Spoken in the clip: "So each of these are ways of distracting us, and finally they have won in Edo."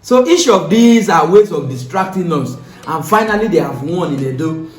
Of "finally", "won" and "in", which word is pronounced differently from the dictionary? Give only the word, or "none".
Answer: in